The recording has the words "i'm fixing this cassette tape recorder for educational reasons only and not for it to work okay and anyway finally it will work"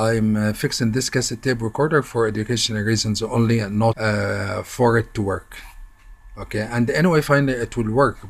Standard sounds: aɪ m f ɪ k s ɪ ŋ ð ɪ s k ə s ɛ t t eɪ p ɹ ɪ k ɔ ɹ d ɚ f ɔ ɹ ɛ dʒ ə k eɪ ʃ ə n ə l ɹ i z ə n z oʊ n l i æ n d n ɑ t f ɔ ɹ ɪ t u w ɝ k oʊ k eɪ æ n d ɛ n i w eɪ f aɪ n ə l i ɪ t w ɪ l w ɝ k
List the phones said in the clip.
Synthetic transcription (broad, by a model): aɪ m f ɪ k s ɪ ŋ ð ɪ s k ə s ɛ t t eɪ b ɹ ɪ k ɔ ɹ d ɚ f ɔ ɹ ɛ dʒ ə k eɪ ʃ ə n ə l ɹ i z ə n z oʊ n l i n n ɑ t f ɔ ɹ ɪ t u w ɝ k oʊ k eɪ æ n d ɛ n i w eɪ f aɪ n ə l i ɪ t w ɪ l w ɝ k